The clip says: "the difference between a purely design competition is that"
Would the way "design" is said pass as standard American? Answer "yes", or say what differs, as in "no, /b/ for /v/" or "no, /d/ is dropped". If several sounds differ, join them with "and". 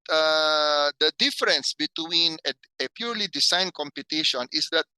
no, /s/ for /z/